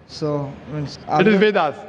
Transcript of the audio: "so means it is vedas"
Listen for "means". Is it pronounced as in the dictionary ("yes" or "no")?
no